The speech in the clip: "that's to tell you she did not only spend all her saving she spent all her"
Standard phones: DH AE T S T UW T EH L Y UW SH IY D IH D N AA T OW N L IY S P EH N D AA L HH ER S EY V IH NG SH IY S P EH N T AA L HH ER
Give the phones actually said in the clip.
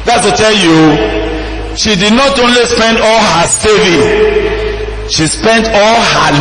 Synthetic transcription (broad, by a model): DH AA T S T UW T EH L Y UW SH IY D IH D N AA T OW N L IY S P EH N D AA L HH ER S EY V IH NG SH IY S P EH N T AA L HH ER